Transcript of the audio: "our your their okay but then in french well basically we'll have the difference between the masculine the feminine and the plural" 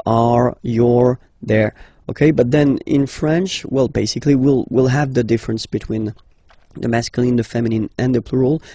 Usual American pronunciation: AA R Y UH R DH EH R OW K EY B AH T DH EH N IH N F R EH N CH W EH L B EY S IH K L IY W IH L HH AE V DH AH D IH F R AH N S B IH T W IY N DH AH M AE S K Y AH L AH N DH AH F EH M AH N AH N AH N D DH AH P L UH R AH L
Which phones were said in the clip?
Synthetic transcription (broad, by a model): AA R Y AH R DH EH R OW K EY B AH T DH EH N IH N F R EH N CH W EH L B EY S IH K L IY W IH L HH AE V DH AH D IH F R AH N S B IH T W IY N DH AH M AE S K Y AH L AH N DH AH F EH M AH N AH N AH N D DH AH P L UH R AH L